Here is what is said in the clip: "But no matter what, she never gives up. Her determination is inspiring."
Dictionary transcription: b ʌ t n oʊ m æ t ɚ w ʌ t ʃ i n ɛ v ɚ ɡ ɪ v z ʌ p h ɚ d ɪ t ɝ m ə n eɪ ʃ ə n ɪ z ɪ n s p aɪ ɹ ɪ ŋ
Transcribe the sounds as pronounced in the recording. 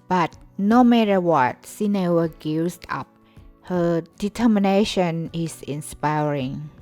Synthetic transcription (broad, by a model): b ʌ t n oʊ m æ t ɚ w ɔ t s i n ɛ w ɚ ɡ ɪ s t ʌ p h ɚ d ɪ t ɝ m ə n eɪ ʃ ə n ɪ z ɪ n s p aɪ ɹ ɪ ŋ